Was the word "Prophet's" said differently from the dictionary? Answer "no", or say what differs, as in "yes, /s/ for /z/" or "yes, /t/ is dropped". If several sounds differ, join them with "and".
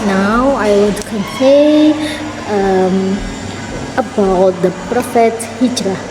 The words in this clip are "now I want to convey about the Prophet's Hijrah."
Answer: yes, /s/ is dropped